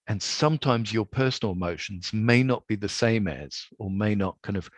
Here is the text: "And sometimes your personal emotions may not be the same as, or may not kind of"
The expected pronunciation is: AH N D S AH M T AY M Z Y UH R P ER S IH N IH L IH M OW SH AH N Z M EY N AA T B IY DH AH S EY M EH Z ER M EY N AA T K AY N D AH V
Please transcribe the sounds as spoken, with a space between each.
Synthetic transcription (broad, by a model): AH N S AH M T AY M Z Y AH R P ER S N L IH M OW SH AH N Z M EY N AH T B IY DH AH S EY M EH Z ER M EY N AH T K AY N D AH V